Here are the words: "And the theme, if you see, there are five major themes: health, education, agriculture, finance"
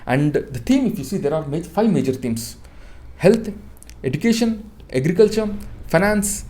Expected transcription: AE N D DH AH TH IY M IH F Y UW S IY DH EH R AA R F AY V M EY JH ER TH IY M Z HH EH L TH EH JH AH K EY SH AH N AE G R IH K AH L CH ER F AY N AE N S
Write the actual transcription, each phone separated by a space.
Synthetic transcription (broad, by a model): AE N D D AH T IY M IH F Y UW S IY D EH R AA R F AY V M EY JH ER T IY M S HH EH L T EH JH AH K EY SH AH N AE G R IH K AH L CH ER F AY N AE N S